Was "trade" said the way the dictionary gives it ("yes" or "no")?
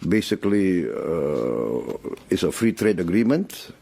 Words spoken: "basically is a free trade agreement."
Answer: yes